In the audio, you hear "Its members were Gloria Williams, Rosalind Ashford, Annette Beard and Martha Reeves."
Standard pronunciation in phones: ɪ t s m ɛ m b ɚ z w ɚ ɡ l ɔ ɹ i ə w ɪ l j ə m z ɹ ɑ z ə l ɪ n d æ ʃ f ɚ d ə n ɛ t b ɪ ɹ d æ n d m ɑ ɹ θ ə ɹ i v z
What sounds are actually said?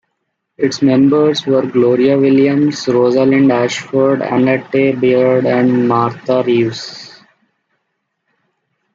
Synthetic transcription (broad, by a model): ɪ t s m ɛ m b ɚ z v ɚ ɡ l ɔ ɹ i ə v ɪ l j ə m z ɹ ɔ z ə l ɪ n d æ ʃ f ɚ d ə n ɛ t b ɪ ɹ d æ n d m ɑ ɹ t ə ɹ i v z